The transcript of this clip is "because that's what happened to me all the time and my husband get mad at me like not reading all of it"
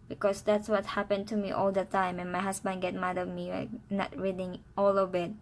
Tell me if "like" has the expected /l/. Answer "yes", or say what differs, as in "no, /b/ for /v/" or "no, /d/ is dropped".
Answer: no, /w/ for /l/